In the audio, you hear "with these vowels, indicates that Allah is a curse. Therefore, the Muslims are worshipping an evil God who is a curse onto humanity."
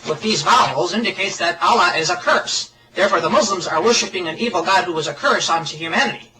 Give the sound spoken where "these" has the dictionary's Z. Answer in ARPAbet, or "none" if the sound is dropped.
Z